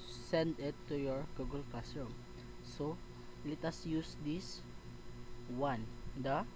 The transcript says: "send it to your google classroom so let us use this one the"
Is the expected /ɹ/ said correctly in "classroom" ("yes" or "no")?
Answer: no